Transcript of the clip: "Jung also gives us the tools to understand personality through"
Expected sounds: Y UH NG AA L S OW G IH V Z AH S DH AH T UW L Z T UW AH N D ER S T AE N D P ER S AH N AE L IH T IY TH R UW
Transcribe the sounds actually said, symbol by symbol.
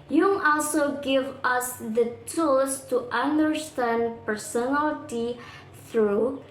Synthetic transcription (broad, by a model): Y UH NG AA L S OW G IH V AH S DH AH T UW L S T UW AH N D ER S T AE N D P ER S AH N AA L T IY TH R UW